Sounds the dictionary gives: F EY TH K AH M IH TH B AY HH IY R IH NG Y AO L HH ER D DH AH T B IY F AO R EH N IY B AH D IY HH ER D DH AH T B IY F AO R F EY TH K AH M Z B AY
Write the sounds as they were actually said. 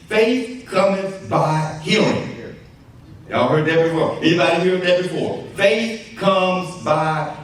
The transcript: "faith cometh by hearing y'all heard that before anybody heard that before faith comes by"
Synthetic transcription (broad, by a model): F EY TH K AH M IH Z B AY HH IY L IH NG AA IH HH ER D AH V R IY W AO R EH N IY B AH D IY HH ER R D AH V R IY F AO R F EY TH K AH M Z B AY